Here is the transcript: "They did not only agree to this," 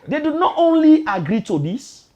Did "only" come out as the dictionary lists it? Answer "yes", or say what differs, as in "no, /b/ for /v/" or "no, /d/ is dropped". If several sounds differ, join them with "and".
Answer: yes